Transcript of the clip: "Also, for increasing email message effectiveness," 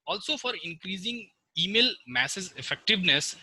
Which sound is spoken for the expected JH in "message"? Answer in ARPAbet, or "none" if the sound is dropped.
Z